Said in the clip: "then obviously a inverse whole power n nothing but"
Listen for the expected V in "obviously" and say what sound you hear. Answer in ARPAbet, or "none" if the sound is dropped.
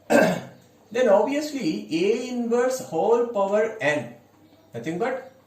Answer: none